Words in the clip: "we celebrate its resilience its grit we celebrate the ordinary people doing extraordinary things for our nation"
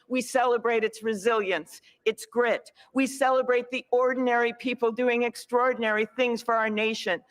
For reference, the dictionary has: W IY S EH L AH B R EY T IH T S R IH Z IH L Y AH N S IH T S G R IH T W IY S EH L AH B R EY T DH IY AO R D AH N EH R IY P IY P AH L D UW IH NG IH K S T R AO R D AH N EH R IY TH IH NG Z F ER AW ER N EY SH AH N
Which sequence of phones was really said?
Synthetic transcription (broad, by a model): W IY S EH L AH B R EY T IH T S R IH Z IH L Y AH N S IH T S G R IH T W IY S EH L AH B R EY T DH IY AO R D N EH R IY P IY P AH L D UW IH NG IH K S T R AO R D N EH R IY TH IH NG Z F ER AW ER N EY SH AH N